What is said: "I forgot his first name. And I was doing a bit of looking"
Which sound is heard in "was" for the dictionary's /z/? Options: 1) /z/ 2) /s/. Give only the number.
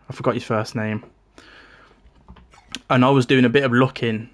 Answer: 1